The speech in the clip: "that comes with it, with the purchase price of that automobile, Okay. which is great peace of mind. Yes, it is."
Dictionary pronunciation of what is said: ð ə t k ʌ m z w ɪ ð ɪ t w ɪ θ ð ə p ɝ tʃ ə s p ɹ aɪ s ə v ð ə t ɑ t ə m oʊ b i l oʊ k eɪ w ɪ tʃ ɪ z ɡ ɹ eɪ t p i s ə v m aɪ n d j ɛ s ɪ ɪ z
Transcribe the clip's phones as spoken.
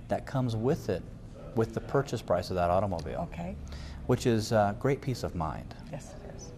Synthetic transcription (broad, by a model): ð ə t k ʌ m z w ɪ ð ɪ t w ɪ ð ə p ɝ tʃ ə s p ɹ aɪ s ə v ð ə t ɑ t ə m oʊ b i l oʊ k eɪ w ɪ tʃ ɪ z ɡ ɹ eɪ t p i s ə v m aɪ n d j ɛ s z